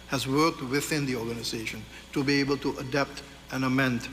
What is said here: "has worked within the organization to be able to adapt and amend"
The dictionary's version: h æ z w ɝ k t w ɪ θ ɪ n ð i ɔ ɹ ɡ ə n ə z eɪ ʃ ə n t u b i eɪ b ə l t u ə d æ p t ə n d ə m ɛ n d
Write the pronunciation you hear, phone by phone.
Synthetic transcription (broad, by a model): h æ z w ɝ k t w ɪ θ ɪ n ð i ɔ ɹ ɡ ə n ə z eɪ ʃ ə n t u b i eɪ b ə l t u ə d æ p t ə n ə m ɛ n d